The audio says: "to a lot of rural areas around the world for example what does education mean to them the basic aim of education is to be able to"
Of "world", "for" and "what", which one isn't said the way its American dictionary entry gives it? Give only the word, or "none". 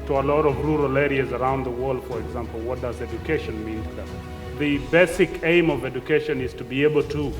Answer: none